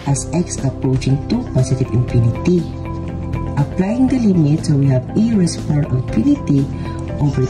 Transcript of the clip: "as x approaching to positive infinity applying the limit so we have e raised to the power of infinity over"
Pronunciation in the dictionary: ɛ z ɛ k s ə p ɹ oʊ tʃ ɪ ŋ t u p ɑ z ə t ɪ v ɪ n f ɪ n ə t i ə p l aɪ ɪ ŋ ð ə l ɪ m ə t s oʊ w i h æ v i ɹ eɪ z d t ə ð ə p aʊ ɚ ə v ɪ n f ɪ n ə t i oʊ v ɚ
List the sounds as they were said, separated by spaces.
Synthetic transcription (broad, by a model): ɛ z ɛ k s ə p ɹ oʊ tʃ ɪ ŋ t u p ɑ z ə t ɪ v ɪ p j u n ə t i ə p l aɪ ɪ ŋ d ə l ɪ m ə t s oʊ w i h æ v i ɹ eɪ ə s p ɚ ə p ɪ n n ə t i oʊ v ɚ